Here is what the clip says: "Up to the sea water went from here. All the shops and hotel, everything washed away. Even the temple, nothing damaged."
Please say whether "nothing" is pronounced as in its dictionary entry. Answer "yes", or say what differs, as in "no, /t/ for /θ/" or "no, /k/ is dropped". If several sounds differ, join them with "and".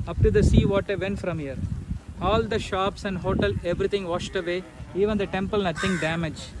no, /t/ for /θ/